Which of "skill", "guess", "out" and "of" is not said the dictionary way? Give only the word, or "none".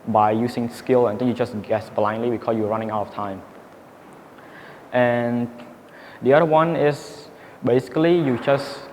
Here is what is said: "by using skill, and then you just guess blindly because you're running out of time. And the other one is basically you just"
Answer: of